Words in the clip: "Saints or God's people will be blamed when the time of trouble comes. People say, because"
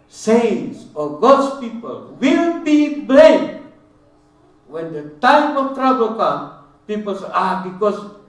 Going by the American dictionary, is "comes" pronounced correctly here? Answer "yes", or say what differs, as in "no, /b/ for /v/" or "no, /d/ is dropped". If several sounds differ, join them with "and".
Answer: no, /z/ is dropped